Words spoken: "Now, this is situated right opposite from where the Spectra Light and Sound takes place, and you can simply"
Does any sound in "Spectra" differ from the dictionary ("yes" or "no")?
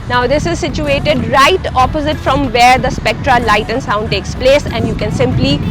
no